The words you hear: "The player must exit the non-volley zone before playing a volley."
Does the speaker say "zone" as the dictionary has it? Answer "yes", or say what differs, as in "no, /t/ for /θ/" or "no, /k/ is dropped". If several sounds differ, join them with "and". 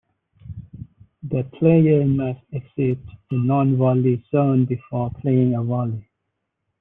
no, /s/ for /z/